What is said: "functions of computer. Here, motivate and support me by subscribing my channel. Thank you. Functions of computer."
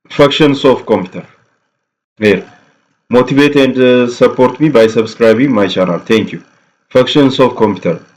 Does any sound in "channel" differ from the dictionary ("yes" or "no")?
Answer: yes